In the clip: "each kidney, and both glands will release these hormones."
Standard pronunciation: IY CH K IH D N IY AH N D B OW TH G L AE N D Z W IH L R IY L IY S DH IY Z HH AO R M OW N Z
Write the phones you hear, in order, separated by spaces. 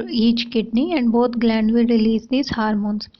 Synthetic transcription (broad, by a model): IY CH K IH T N IY AH N D B OW T G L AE N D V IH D R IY L IY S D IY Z HH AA R M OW N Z